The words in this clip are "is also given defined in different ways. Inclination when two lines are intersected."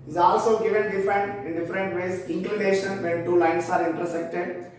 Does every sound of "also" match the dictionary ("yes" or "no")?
yes